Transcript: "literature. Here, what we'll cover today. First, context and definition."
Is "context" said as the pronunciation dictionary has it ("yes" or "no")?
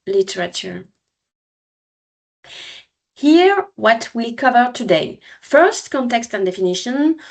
yes